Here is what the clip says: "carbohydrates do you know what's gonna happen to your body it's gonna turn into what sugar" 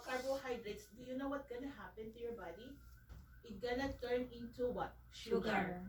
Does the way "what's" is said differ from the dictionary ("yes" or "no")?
yes